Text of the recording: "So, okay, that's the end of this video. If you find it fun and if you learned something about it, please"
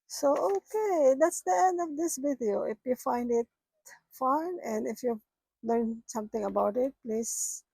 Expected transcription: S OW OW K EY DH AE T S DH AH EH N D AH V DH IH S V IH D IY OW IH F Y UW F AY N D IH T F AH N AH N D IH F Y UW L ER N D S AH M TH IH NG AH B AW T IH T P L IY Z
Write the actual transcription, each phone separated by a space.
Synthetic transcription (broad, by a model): S OW OW K EY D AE T S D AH EH N D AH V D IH S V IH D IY OW IH F Y UW F AY N D IH T F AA N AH N IH F Y UW L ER N S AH M T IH NG AH B AW T IH T P L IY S